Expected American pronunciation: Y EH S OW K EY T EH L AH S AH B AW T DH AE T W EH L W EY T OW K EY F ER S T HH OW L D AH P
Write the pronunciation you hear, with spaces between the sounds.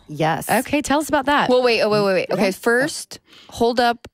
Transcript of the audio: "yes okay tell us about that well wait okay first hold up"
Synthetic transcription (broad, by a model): Y EH S OW K EY T EH L AH S AH B AW T DH AE T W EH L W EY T OW K EY F ER S T HH OW L D AH P